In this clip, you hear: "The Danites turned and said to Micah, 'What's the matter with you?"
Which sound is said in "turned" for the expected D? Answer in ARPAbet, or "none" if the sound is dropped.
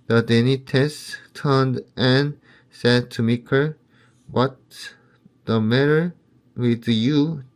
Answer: D